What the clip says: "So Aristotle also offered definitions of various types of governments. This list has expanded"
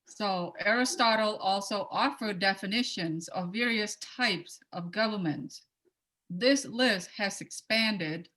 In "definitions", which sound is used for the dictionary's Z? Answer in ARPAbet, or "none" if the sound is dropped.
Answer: Z